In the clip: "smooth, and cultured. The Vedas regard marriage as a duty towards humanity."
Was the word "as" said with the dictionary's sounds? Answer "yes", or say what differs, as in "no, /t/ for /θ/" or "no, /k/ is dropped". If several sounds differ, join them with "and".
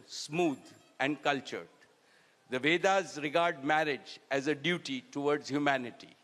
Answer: yes